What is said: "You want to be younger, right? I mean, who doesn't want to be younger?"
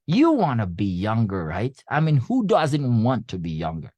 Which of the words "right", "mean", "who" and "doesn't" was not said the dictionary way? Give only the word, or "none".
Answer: none